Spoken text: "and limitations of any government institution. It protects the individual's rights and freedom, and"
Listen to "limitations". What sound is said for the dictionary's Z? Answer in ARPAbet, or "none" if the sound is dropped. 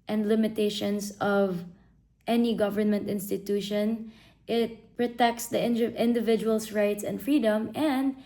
S